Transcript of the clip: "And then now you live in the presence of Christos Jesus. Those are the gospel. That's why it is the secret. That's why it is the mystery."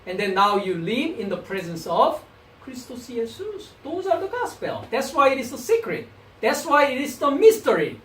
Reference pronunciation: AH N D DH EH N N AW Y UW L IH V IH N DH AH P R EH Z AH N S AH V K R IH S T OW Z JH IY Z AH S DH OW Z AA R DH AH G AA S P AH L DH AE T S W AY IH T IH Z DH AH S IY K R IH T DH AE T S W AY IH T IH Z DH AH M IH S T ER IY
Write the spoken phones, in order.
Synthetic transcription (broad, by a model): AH N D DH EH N N AW Y UW L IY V IH N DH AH P R EH Z AH N S AH V K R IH S T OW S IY S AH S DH OW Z AA R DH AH G AA S P AH L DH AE T S W AY IH T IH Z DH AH S IY K R IH T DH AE T S W AY IH T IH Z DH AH M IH S T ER IY